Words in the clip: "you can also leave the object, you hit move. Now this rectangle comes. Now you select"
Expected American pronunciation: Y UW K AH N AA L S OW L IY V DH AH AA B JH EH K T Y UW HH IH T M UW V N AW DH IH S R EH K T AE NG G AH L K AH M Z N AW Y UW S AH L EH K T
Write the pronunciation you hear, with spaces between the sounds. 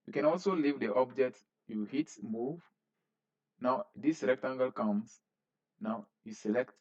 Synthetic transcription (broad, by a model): Y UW K AH N AA L S OW L IY V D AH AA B JH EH K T Y UW HH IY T M UW V N AW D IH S L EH K T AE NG G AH L K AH M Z N AW Y UW S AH L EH K T